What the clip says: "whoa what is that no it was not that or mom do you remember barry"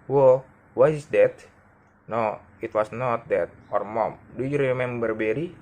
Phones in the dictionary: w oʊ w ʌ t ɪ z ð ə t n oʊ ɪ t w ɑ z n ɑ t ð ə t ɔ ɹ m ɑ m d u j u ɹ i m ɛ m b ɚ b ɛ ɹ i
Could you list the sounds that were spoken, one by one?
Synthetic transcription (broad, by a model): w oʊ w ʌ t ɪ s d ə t n oʊ ɪ t w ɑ s n ɑ t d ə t ɔ ɹ m ɑ m d u j u ɹ i m ɛ m b ɚ b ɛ ɹ i